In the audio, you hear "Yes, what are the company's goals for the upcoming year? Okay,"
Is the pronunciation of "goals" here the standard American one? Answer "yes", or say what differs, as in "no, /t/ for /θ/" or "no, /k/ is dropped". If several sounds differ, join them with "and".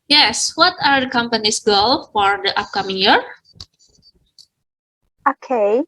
no, /z/ is dropped